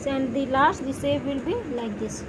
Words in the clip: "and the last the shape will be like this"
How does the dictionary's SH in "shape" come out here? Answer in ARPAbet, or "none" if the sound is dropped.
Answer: S